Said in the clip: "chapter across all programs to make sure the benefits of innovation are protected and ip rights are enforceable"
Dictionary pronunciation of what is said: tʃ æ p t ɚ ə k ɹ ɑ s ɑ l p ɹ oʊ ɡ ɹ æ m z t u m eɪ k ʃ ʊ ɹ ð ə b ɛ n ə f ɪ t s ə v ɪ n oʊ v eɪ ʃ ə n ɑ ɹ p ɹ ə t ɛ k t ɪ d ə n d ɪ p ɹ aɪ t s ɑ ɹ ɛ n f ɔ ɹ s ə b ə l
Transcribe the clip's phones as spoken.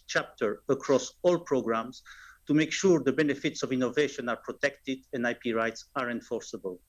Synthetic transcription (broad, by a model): tʃ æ p t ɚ ə k ɹ ɑ s ɑ l p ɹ oʊ ɡ ɹ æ m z t u m eɪ k ʃ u ɹ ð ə b ɛ n ə f ɪ t s ə v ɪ n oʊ v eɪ ʃ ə n ɑ ɹ p ɹ ə t ɛ k t ɪ d ə n d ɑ p ɹ aɪ t s ɑ ɹ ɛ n f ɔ ɹ s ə b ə l